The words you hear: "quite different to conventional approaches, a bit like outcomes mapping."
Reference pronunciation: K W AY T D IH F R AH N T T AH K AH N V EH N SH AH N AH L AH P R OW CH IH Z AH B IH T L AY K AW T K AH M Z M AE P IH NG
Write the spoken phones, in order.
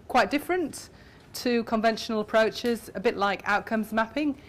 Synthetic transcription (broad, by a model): K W AY T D IH F R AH N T T AH K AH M V EH N SH AH N AH L AH P R OW CH IH Z AH B IH T L AY K AW T K AH M Z M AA P IH NG